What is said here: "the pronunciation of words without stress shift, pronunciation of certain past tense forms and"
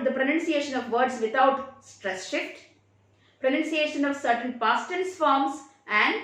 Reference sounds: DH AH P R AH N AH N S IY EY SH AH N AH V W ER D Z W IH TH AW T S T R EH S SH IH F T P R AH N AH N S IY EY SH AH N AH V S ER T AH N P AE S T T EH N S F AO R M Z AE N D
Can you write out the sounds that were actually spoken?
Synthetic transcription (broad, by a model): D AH P R AH N AH N S IY EY SH AH N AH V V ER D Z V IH T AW T S T R EH S SH IH F T P R AH N AH N S IY EY SH AH N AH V S ER T AH N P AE S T T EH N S F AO R M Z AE N D